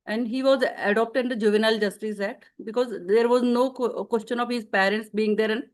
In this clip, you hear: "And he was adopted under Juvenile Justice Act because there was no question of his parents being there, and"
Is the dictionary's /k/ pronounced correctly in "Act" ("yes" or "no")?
no